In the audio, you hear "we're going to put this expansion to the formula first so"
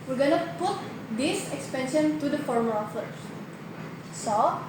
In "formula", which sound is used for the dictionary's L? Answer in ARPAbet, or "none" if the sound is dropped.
none